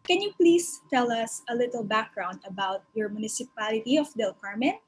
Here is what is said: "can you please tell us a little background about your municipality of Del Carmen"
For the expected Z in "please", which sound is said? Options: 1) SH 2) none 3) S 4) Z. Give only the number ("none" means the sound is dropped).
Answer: 3